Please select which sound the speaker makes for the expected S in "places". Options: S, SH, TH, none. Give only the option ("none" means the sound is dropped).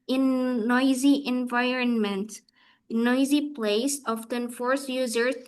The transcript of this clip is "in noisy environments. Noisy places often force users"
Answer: none